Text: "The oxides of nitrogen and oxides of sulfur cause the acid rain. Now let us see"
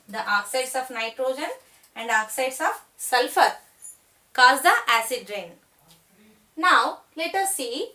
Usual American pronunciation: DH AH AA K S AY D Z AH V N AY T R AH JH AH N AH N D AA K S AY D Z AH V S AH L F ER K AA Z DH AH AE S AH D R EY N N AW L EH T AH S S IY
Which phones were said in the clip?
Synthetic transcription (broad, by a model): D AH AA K S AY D S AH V N AY T R AH JH AH N AH N D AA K S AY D S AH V S AH L F ER K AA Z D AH AE S AH D R EY N N AW L EH T AH S S IY